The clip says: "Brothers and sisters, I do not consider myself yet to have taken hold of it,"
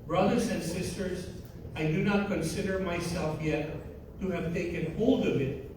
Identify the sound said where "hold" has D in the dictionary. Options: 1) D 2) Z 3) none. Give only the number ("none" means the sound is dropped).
1